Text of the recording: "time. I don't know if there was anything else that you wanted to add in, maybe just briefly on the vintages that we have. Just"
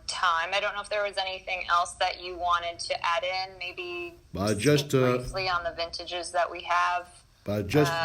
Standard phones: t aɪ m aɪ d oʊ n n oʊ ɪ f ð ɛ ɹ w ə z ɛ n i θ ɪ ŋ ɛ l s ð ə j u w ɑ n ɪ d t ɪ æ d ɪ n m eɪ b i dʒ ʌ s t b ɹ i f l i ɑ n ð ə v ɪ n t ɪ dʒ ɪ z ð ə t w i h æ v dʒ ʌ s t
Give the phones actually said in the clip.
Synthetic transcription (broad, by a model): t aɪ m aɪ d oʊ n n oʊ ɪ f ð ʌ ɹ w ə z ɛ n i θ ɪ ŋ ɛ l s ð ə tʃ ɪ w ɑ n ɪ d t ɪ æ d ɪ n m eɪ b i dʒ ʌ s t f l i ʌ n ð ə v ɪ n t ɪ dʒ ɪ z ð ə t w i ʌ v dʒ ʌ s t